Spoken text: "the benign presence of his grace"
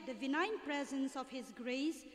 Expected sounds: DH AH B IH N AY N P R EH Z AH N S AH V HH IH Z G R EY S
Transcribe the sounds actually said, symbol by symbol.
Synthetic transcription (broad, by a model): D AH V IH N AY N P R EH Z AH N S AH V HH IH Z G R EY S